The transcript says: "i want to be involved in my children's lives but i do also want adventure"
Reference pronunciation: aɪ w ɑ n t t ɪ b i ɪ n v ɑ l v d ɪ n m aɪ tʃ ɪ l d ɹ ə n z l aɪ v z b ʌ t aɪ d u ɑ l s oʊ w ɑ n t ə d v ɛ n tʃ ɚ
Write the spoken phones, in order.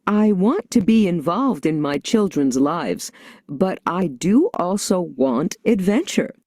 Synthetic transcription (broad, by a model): aɪ w ɑ n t t ɪ b i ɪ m v ɑ l v d ɪ n m aɪ tʃ ɪ l d ɹ ə n z l aɪ v z b ʌ t aɪ d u ɑ l s oʊ w ɑ n t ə d v ɛ n tʃ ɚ